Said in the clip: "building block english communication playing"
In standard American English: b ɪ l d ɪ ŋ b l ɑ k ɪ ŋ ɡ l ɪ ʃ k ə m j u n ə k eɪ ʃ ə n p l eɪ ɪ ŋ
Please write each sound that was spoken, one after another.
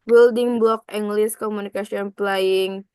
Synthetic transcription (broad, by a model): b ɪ l d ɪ ŋ b l ɑ k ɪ ŋ ɡ l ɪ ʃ k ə m u n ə k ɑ s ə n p l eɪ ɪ ŋ